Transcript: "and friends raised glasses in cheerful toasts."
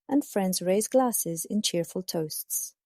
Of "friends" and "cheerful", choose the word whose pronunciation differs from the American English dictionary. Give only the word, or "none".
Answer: none